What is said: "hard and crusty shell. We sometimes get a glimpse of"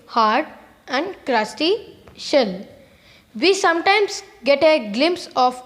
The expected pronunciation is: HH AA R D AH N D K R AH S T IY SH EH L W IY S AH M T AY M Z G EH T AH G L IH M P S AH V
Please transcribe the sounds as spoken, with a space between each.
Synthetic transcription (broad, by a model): HH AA R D AH N D K R AH S T IY SH EH L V IY S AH M T AY M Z G EH T AH G L IH M P S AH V